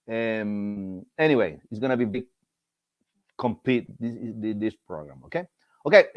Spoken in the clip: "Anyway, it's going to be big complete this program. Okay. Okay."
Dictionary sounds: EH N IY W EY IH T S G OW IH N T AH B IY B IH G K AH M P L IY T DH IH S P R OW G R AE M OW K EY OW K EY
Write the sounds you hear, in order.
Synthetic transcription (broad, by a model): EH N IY W EY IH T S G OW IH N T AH B IY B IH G K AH M P IY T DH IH S P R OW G R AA M OW K EY OW K EY